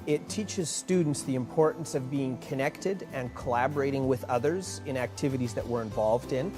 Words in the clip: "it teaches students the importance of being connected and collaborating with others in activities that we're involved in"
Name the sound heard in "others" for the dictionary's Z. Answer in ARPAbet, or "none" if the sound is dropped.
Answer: Z